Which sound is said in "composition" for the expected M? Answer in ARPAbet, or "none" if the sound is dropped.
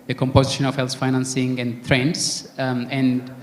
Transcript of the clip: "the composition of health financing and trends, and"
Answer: M